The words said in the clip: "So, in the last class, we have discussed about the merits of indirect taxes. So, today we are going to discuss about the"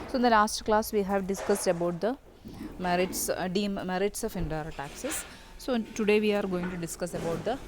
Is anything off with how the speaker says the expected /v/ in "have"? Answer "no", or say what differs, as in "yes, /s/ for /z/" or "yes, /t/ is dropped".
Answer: no